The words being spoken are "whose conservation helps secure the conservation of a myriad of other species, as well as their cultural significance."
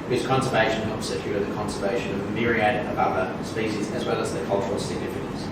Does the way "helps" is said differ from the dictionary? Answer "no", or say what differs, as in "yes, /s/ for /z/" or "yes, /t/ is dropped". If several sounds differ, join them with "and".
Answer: yes, /l/ is dropped